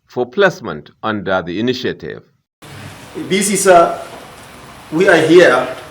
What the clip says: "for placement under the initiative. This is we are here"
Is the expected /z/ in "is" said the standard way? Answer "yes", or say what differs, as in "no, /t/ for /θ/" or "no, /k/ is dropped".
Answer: no, /s/ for /z/